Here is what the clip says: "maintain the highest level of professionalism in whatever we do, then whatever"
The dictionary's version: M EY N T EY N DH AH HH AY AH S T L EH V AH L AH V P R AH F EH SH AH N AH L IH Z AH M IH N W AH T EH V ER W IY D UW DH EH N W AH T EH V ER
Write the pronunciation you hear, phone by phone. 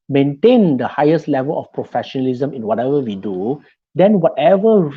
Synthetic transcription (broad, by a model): M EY N T EY N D AH HH AY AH S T L EH V AH L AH F P R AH F EH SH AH N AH L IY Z AH M IH N W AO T EH V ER W IY D UW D EH N W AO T EH V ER